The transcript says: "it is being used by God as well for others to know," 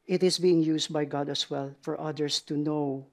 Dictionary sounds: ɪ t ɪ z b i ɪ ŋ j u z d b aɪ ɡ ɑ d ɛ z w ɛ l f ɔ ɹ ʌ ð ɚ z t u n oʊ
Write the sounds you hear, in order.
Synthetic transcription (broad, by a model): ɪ t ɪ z b i ɪ ŋ j u s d b aɪ ɡ ɑ d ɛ s w ɛ l f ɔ ɹ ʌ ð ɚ s t u n oʊ